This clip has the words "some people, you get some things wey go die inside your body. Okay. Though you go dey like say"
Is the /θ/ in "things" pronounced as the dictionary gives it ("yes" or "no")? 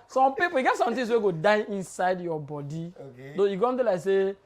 no